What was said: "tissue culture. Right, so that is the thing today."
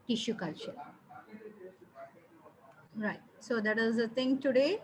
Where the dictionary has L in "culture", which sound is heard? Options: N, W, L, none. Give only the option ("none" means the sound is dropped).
none